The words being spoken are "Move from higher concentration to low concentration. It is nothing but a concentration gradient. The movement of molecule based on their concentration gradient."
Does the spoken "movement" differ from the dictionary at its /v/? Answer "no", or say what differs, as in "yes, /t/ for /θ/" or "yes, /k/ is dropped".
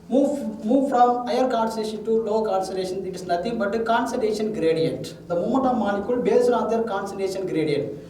yes, /v/ is dropped